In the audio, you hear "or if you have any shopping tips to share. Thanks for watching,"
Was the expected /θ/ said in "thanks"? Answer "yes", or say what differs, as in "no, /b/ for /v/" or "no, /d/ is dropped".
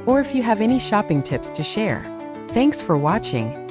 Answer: yes